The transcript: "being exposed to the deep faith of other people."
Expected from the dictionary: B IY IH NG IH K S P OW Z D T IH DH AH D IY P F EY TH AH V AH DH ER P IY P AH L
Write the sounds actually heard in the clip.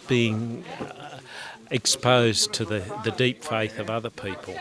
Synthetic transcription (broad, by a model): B IY IH NG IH K S P OW Z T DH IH DH AH D IY P F EY TH AH V AH DH ER P IY P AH L